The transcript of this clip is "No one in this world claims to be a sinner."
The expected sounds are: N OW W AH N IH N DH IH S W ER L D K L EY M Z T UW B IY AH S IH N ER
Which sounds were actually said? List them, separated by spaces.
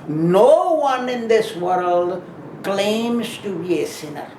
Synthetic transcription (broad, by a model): N OW W AH N IH N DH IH S W ER L D K L EY M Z T UW B IY AH S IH N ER